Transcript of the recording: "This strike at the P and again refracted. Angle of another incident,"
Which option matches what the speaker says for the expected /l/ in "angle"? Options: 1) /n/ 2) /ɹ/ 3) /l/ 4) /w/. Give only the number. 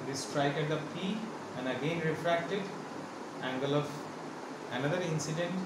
3